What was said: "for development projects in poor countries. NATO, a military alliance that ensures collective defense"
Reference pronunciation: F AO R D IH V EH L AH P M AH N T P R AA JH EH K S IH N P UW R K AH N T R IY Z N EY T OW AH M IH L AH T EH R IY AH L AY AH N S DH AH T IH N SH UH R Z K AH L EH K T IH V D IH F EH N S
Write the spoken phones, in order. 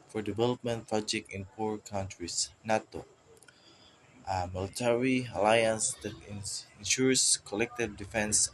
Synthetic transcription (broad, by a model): F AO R D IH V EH L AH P M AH N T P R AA JH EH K IH N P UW R K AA N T R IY S N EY T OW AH M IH L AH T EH R IY AH L AY AH N S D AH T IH N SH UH R S K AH L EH K T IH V D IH F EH N S